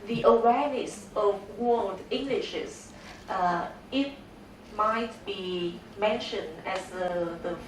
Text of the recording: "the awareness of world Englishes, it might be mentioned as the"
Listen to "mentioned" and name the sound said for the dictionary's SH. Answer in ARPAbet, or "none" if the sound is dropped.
SH